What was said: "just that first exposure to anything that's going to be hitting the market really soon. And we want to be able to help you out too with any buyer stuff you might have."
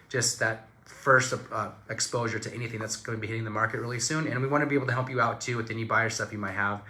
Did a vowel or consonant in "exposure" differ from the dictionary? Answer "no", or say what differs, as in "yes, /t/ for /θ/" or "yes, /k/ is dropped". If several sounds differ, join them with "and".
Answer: no